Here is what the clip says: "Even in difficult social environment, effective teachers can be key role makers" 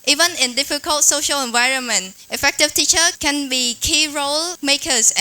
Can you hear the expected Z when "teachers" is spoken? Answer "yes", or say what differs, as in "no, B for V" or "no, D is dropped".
no, Z is dropped